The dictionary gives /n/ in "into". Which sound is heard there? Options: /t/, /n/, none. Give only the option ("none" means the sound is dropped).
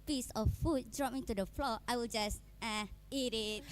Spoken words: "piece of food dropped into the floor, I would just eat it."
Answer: none